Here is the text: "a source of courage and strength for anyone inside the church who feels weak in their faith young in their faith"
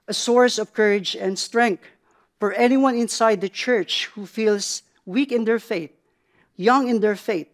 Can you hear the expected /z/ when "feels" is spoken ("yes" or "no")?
no